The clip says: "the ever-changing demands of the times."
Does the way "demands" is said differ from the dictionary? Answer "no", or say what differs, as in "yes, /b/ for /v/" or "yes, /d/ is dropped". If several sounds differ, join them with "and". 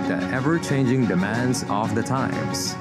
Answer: no